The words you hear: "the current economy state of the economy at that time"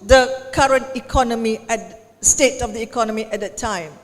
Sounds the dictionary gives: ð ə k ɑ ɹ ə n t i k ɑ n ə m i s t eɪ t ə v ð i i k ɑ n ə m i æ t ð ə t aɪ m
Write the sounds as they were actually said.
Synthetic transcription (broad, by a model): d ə k ɑ ɹ ə n t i k ɑ n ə m i s t eɪ t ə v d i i k ɑ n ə m i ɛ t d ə t aɪ m